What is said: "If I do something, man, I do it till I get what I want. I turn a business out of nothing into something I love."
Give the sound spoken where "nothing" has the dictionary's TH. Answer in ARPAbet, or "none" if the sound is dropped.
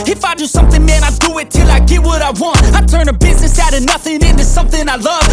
TH